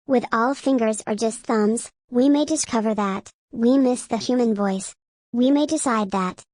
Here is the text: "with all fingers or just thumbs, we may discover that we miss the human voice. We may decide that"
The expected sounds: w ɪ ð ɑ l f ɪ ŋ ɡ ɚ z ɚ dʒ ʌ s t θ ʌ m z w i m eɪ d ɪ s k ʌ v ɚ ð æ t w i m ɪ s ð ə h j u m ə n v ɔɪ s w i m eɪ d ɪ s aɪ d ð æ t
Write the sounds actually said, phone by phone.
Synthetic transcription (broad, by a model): w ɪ ð ɑ l f ɪ ŋ ɡ ɚ z ɚ dʒ ʌ s t θ ʌ m z w i m eɪ d ɪ s k ʌ v ɚ ð æ t w i m ɪ s ð ə h j u m ə n v ɔɪ s w i m eɪ d ɪ s aɪ d ð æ t